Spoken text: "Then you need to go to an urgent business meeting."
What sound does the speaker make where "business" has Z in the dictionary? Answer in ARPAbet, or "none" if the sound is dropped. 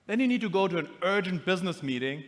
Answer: Z